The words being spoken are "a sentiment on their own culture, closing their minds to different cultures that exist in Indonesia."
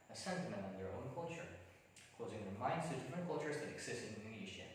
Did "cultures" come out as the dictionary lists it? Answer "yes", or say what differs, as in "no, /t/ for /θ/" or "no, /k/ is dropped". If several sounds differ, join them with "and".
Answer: yes